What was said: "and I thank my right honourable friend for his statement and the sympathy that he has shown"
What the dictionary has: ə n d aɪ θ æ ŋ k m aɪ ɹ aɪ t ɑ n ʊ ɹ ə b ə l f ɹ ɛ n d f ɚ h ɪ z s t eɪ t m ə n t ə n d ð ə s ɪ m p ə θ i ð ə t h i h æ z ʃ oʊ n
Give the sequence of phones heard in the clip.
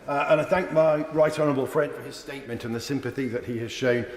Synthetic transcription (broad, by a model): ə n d aɪ θ æ ŋ k m aɪ ɹ aɪ t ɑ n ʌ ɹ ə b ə l f ɹ ɛ n d f ɚ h ɪ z s t eɪ t m ə n t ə n ð ə s ɪ m p ə θ i ð ə t h i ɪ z ʃ oʊ n